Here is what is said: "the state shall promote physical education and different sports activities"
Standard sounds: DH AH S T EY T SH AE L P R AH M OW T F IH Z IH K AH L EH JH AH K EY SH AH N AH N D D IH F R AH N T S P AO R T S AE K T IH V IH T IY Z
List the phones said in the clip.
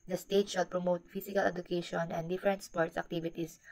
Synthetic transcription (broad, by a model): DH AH S T EY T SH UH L P R AH M OW T F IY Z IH K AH L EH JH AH K EY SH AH N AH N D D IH F R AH N T S P AO R T S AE K T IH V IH T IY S